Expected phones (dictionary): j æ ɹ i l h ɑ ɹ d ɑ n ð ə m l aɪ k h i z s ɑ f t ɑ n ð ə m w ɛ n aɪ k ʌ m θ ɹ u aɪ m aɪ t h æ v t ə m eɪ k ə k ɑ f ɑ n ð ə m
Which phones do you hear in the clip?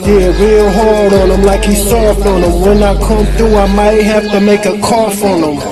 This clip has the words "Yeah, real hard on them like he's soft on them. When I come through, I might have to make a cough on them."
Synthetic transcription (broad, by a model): j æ ɹ i l h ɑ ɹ d n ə m l aɪ k h i s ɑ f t n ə m w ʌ n aɪ k ʌ m θ ɹ u aɪ m aɪ t h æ f t ə m eɪ k ə k ɑ f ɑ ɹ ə m